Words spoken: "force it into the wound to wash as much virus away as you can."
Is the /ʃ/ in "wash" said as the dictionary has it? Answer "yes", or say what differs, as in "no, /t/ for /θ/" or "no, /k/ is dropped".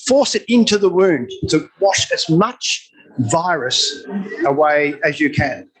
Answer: yes